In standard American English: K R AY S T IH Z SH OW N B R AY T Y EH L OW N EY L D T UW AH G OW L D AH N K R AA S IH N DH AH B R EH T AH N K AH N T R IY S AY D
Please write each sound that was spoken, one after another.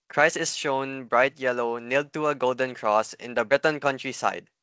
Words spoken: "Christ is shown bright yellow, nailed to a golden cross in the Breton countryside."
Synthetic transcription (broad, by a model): K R AY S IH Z SH OW N B R AY T Y EH L OW N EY L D T UW AH G OW L D AH N K R AA S IH N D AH B R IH T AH N K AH N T R IY S AY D